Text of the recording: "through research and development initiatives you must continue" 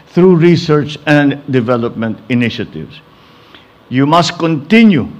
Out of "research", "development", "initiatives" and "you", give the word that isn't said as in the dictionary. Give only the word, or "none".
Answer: initiatives